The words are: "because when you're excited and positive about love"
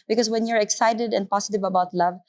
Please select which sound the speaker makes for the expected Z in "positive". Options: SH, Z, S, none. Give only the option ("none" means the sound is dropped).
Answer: S